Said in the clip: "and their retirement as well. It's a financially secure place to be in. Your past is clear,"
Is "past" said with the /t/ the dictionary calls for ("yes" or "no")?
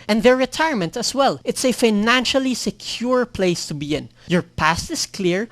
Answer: yes